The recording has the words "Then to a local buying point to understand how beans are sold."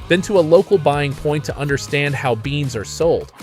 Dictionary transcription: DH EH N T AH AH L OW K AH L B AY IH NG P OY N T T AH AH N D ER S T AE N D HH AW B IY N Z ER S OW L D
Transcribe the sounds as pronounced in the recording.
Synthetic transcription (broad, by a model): DH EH N T AH AH L OW K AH L B AY IH NG P OY N T T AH AH N D ER S T AE N D HH AW B IY N Z ER S OW L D